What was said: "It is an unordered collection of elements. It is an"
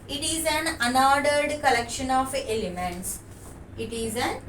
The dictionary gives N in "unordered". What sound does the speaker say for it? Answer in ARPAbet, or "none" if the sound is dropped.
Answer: N